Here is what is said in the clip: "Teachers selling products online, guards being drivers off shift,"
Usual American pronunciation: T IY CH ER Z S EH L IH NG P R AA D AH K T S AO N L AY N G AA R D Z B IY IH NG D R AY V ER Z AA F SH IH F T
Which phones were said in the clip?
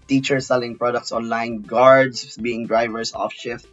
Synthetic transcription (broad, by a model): T IY CH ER S EH L IH NG P R AA D AH K T S AO N L AY N G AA R D S B IY IH NG D R AY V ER S AA F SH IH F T